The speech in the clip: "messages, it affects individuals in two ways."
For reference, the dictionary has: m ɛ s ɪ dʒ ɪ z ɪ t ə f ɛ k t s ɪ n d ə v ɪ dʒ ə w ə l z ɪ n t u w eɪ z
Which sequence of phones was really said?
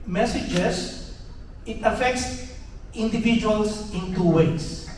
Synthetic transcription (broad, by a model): m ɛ s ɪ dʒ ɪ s ɪ t ə f ɛ k t s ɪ n d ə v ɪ dʒ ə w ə l s ɪ n t u w eɪ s